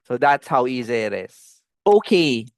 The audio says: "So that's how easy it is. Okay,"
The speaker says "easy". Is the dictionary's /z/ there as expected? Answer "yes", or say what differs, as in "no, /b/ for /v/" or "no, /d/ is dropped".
yes